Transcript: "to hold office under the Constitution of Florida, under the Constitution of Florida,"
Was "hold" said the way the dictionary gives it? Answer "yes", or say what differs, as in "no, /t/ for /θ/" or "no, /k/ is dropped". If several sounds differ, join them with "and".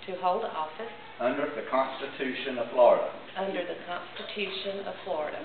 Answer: yes